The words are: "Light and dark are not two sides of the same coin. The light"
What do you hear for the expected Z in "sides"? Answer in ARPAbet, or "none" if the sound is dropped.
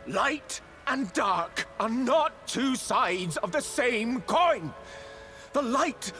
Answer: Z